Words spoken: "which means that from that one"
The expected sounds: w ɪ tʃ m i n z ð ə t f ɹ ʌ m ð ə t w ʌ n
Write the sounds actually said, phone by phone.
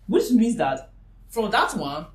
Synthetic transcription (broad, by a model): w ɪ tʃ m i z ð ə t f ɹ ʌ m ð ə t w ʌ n